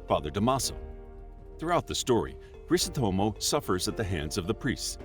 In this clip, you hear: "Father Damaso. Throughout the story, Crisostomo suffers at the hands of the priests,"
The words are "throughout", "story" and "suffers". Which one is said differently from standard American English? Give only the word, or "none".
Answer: none